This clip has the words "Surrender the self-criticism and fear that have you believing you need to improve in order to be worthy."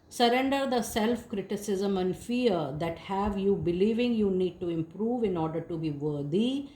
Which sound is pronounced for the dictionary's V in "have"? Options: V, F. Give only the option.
V